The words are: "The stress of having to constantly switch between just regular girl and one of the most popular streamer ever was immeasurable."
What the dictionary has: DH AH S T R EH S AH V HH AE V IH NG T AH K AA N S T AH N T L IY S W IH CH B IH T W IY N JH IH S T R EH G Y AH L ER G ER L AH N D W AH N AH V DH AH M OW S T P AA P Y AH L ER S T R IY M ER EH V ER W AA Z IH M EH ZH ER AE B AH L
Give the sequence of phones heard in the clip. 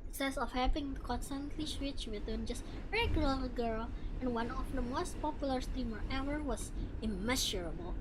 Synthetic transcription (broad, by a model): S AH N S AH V HH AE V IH NG K AA N S T AH N T L IY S W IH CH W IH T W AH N JH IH S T R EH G Y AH L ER G ER L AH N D W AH N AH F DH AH M OW S T P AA P Y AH L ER S T R IY M ER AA W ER W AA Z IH M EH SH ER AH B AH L